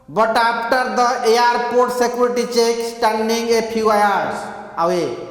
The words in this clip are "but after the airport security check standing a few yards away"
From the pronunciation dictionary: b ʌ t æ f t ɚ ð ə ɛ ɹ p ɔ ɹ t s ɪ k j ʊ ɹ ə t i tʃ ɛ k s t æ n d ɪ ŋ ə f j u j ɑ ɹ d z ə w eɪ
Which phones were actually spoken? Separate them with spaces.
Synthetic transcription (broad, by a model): b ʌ t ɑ p t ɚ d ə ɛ ɹ p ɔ ɹ t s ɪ k j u ɹ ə t i tʃ ɛ k s t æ n d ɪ ŋ ə p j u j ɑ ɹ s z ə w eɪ